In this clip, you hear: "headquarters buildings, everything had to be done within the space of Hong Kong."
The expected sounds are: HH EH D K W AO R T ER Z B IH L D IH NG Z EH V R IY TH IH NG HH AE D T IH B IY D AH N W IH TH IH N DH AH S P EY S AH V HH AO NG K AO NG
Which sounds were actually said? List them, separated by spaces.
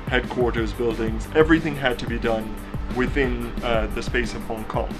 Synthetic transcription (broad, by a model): HH EH D K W AO R T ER Z B IH L D IH NG Z EH V R IY TH IH NG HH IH D T IH B IY D AH N W IH TH IH N DH AH S P EY S AH V HH AO NG K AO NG